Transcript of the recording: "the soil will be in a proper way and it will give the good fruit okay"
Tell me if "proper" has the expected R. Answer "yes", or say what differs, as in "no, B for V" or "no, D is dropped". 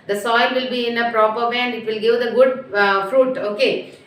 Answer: yes